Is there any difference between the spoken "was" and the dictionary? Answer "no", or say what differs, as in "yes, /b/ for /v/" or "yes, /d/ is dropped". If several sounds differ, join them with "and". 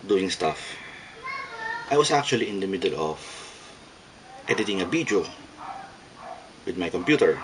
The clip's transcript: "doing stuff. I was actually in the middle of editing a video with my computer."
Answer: yes, /s/ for /z/